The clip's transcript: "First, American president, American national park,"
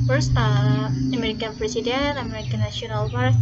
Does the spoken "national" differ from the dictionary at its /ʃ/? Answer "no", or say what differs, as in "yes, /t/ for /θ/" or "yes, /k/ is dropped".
yes, /ʃ/ is dropped